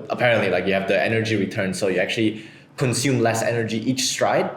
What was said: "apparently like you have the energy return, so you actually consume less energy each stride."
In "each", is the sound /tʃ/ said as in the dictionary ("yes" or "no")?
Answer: yes